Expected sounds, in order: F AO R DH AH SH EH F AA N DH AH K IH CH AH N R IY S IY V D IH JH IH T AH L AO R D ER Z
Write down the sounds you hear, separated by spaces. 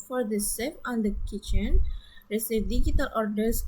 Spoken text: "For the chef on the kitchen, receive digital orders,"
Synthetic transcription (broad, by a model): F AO R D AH S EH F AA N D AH K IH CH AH N R IY S IY V D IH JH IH T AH L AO R D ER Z